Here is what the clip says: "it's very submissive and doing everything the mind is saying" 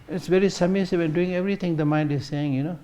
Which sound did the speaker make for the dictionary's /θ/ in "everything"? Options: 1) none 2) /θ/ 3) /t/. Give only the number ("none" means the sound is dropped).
3